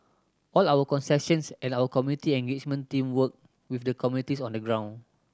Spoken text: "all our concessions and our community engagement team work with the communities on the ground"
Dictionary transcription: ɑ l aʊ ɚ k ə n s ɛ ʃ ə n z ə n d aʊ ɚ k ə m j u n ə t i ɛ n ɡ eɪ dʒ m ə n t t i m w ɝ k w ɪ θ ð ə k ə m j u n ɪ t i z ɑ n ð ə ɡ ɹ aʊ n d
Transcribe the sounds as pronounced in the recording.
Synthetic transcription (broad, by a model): ɑ l aʊ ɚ k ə n s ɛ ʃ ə n s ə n aʊ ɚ k ə m j u n ə t i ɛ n ɡ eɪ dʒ m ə n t t i m w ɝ k w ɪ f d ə k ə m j u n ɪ t i s ɑ n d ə ɡ ɹ aʊ n